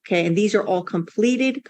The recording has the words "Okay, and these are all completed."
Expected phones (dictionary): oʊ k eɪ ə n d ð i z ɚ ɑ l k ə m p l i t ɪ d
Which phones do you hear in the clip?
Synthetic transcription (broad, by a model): k eɪ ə n ð i z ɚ ɑ l k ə m p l i t ɪ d